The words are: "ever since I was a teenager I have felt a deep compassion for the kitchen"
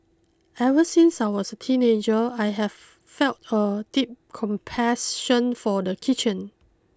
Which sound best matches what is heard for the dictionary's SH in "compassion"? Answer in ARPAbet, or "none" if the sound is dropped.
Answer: S